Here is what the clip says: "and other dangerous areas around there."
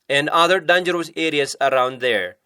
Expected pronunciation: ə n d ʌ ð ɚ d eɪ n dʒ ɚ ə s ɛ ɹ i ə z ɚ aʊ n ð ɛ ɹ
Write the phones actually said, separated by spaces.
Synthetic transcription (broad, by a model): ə n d ʌ ð ɚ d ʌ n dʒ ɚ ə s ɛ ɹ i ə s ɚ aʊ n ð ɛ ɹ